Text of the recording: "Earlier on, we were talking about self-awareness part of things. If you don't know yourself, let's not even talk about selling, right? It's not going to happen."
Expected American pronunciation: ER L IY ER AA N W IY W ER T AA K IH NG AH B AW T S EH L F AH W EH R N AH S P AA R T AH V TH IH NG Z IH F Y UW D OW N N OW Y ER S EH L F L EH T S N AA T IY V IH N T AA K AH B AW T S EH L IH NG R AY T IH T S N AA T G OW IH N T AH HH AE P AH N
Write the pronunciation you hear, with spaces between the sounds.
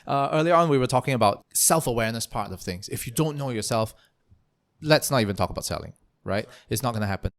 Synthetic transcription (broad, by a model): ER L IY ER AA N W IY W ER T AA K IH NG AH B AW T S EH L F AH W EH R N AH S P AA R T AH V TH IH NG Z IH F Y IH D OW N N OW Y ER S EH L F L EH T S N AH T IY V IH N T AA K AH B AW T S EH L IH NG R AY T IH T S N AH T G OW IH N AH HH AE P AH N